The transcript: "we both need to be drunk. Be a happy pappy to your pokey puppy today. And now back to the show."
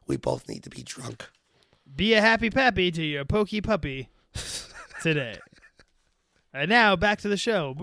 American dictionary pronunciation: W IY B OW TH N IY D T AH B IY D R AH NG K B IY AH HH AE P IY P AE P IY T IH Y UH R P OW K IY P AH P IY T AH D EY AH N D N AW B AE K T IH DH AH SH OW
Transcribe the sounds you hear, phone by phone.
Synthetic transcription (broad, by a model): W IY B OW TH N IY D T AH B IY D R AH NG K B IY AH HH AE P IY P AE P IY T IH Y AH R P OW K IY P AH P IY T AH D EY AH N N AW B AE K T IH DH AH SH OW